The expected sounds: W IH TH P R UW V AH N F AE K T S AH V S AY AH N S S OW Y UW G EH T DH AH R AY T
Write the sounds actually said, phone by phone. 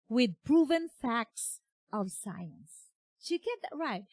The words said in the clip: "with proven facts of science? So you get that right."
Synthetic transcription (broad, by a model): W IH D P R UW V AH N F AE K T S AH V S AY AH N S SH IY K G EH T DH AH R AY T